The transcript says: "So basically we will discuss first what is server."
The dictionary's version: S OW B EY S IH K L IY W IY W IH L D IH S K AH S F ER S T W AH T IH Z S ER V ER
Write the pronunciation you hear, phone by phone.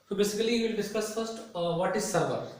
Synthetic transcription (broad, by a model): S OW B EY S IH K IY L IY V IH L D IH S K AH S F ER S T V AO T IH Z S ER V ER